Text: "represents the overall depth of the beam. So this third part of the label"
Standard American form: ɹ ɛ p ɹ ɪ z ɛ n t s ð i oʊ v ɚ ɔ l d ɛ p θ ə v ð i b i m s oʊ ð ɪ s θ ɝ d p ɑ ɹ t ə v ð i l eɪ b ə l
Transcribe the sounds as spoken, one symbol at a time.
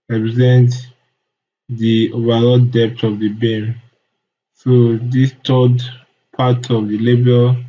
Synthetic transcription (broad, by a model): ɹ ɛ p ɹ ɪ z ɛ n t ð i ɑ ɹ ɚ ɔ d d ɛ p t ə v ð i b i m s oʊ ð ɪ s t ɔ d p ɑ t ə v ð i l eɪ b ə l